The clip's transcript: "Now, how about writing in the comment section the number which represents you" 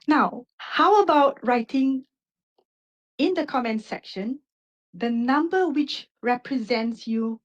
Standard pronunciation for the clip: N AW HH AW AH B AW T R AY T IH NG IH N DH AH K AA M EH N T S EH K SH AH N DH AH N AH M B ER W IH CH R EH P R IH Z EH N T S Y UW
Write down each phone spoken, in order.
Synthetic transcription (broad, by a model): N AW HH AW AH B AW T R AY T IH NG IH N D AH K AA M EH N T S EH K SH AH N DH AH N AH M B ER W IH CH R EH P R IH Z EH N T S Y UW